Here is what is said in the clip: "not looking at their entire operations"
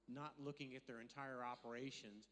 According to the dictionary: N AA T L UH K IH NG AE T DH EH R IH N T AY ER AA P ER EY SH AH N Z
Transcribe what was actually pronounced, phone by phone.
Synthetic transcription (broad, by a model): N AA T L UH K IH NG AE T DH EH R IH N T AY ER AA P ER EY SH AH N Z